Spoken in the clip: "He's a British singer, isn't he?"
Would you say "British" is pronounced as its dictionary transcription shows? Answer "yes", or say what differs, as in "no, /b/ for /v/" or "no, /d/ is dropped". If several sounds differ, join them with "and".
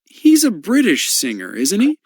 yes